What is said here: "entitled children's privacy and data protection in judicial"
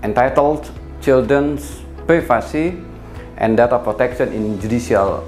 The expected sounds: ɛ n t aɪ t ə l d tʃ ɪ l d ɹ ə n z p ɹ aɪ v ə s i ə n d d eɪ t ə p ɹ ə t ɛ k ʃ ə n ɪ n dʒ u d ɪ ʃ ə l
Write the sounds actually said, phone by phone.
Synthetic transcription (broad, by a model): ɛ n t aɪ t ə l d tʃ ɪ l d ɹ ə n s p ɹ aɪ f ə s i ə n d d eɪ t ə p ɹ ə t ɛ k ʃ ə n ɪ n dʒ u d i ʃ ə l